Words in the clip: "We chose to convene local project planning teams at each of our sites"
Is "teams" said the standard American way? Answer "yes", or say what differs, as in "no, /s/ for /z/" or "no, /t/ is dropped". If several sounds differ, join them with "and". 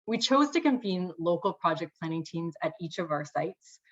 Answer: yes